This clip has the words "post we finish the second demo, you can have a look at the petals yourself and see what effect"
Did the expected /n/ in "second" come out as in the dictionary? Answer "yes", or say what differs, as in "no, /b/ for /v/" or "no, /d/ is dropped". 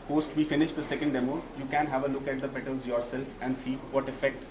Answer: yes